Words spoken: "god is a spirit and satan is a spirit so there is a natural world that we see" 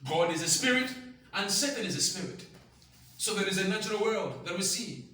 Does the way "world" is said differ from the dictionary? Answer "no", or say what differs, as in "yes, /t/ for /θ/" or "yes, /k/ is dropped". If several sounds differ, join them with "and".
no